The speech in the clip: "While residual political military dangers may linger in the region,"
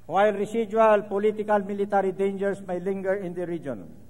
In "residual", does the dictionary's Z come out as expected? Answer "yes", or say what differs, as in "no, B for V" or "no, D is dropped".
no, S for Z